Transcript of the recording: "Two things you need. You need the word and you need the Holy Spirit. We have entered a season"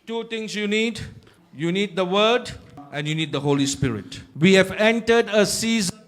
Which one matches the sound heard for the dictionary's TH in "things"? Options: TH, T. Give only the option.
T